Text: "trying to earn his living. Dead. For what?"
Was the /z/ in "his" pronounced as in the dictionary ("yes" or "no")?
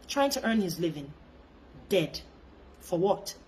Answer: yes